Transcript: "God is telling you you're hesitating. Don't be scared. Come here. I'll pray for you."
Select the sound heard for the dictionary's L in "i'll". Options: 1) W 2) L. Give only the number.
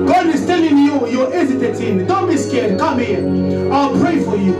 2